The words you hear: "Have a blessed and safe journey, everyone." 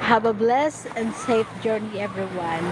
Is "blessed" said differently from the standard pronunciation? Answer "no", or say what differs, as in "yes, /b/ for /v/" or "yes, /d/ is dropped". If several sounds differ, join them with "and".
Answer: yes, /t/ is dropped